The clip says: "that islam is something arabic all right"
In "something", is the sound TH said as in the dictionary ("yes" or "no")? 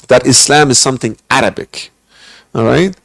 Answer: yes